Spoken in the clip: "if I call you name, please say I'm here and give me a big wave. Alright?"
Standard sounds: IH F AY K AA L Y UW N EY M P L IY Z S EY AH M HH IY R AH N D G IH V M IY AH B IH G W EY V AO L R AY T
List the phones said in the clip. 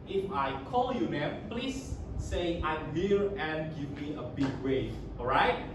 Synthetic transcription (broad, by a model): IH F AY K AA L Y UW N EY P L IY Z S EY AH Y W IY L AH N G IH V M IY AH B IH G W EY AO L R AY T